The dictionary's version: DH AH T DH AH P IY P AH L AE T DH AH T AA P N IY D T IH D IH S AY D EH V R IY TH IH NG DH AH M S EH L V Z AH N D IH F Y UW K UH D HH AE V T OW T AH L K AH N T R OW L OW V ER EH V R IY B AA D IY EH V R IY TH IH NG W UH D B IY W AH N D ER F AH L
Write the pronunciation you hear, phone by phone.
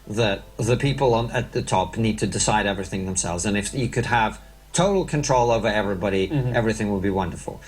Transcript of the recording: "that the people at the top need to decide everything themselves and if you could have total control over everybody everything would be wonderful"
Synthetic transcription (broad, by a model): DH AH T DH AH P IY P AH N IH T DH AH T AA P N IY D T IH D IH S AY D EH V R IY TH IH NG DH AH M S EH L V Z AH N IH F Y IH K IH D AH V T OW T L K AH N T R OW L OW V ER EH V R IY B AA D IY EH V R IY TH IH NG W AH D B IY W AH N D ER F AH L